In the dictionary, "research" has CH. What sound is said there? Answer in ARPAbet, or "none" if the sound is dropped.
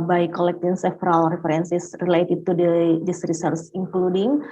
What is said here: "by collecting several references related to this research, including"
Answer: S